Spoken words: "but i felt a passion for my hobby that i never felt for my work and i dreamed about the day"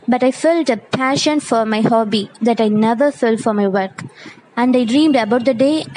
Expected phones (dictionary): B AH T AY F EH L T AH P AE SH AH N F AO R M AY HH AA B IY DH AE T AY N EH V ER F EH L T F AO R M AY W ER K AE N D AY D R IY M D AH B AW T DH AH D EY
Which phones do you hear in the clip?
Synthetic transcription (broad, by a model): B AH T AY F EH L T AH P AE SH AH N F AO R M AY HH AA B IY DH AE T AY N EH V ER F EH L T F AO R M AY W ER K AE N D AY D R IY M D AH B AW T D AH D EY